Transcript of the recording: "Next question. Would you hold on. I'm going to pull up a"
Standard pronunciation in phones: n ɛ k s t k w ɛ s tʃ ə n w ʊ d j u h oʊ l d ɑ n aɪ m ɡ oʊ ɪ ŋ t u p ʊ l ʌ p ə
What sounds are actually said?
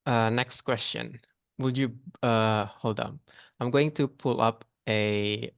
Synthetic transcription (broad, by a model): n ɛ k s t k w ɛ s tʃ ə n w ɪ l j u h oʊ l d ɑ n aɪ m ɡ oʊ ɪ ŋ t u p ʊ l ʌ p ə